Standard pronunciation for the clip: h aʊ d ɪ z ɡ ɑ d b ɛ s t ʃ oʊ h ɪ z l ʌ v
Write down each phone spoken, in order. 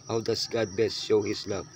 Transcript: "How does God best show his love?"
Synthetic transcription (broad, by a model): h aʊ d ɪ s ɡ ɑ d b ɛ s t ʃ oʊ h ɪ s l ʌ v